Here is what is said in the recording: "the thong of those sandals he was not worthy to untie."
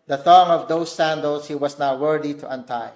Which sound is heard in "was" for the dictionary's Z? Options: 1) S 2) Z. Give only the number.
1